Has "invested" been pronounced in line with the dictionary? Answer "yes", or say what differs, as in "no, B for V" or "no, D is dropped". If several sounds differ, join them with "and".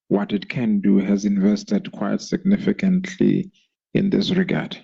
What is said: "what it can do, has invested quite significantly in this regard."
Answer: yes